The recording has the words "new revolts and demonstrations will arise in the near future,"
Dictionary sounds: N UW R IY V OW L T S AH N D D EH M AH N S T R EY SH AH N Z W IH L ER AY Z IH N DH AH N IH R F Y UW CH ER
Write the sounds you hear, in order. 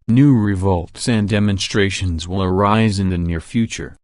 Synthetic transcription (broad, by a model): N UW R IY V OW L T S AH N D D EH M AH N S T R EY SH AH N Z W IH L ER AY Z IH N DH AH N IH R F Y UW CH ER